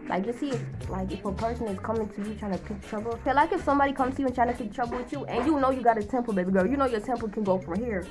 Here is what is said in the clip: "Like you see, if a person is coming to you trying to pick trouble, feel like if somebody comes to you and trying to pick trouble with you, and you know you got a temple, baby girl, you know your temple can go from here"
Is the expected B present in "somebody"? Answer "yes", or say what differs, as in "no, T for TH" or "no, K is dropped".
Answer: yes